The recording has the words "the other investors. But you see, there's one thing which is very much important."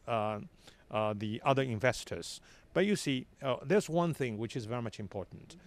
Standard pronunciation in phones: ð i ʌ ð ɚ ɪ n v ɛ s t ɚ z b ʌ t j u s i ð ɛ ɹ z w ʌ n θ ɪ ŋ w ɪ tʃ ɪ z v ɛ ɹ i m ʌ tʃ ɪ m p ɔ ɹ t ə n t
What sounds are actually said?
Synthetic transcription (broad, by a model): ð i ʌ ð ɚ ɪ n v ɛ s t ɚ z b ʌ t j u s i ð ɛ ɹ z w ʌ n θ ɪ ŋ w ɪ tʃ ɪ z v ɛ ɹ i m ʌ tʃ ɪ m p ɔ ɹ t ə n t